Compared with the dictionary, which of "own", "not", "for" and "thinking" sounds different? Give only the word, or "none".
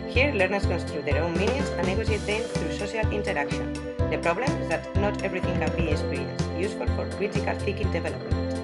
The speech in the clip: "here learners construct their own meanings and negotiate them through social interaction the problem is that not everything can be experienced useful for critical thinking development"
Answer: thinking